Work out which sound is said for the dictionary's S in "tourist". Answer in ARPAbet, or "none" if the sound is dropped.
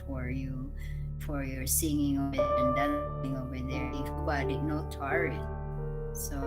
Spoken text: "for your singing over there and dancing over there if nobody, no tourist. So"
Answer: none